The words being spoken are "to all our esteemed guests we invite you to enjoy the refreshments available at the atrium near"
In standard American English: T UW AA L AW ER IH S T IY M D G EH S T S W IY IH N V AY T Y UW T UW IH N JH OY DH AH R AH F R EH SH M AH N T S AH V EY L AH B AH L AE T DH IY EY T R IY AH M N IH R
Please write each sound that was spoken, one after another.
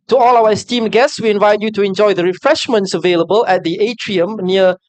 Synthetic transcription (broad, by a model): T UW AA L AW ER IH S T IY M G EH S T S W IY IH N V AY T Y UW T UW IH N JH OY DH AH R AH F R EH SH M AH N T S AH V EY L AH B AH L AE T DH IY EY T R IY AH M N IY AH